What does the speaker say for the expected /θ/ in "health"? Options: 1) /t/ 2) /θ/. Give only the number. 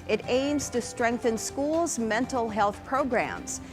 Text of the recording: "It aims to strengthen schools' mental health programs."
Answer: 2